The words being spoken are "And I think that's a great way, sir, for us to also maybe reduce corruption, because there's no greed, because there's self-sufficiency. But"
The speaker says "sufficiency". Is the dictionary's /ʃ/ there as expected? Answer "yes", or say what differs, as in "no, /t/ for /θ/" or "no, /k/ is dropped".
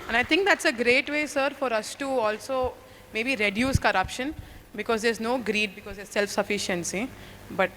yes